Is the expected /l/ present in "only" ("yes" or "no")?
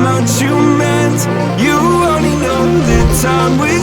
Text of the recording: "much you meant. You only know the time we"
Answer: no